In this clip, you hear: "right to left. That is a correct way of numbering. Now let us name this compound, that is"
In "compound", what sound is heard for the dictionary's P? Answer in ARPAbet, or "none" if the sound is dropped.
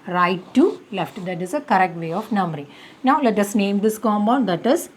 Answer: B